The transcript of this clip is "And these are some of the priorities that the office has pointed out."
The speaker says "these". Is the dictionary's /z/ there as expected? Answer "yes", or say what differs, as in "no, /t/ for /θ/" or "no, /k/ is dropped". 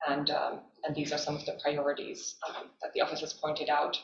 yes